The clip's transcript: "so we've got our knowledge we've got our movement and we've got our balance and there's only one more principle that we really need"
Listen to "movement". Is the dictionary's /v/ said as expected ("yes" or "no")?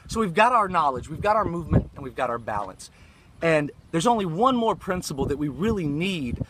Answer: yes